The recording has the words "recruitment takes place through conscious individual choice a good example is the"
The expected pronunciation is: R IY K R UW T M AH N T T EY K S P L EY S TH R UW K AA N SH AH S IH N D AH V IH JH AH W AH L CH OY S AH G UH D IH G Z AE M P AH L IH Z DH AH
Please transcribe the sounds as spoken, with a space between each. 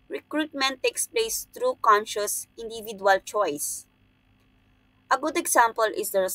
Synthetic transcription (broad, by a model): R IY K R UW T M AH N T T EY K S P L EY S T R UW K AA N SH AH S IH N D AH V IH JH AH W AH L CH OY S AH G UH D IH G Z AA M P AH L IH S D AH